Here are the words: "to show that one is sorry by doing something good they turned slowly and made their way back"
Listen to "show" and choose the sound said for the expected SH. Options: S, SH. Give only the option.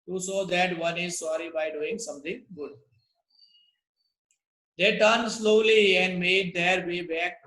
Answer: S